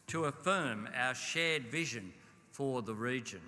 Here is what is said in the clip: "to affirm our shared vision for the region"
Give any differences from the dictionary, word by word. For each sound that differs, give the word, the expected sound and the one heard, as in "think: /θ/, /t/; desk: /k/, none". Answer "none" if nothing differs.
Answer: none